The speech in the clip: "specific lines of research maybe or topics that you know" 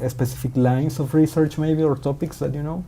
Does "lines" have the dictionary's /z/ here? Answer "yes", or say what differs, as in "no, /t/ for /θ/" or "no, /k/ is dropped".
no, /s/ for /z/